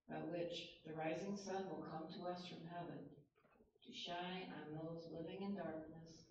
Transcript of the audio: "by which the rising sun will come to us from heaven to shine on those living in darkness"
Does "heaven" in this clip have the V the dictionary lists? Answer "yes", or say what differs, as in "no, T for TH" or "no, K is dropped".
yes